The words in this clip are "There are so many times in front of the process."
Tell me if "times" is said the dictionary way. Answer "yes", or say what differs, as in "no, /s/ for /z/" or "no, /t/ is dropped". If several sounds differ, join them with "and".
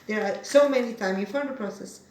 no, /z/ is dropped